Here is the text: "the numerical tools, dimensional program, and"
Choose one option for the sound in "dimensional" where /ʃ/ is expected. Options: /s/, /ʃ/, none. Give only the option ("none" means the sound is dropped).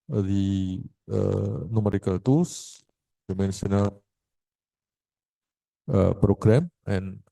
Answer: /s/